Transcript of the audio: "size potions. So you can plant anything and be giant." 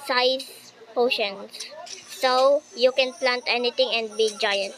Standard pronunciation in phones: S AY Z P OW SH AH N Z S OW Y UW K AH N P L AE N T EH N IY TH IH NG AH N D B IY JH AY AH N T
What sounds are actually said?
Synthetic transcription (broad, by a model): S AY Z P OW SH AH N S OW Y UW K AH N P L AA N T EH N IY T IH NG AH N D B IY JH AY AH N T